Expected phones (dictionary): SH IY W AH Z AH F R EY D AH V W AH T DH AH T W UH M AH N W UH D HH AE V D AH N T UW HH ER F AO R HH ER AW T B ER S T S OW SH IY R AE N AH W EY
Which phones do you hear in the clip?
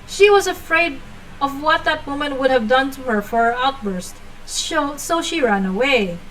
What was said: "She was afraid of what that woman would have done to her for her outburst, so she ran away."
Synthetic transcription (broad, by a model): SH IY W AH Z AH F R EY D AH V W AH T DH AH T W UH M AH N W UH D HH AE V D AH N T UW HH ER F AO R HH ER AW T B ER S T S OW SH IY R AE N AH W EY